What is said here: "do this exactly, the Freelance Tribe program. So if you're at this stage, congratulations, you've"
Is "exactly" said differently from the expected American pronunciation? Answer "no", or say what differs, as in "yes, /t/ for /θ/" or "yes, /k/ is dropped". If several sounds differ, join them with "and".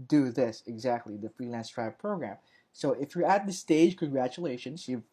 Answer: no